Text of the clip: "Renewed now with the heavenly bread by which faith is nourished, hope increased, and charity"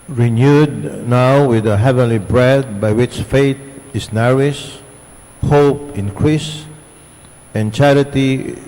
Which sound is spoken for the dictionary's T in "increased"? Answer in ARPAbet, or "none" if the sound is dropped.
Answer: none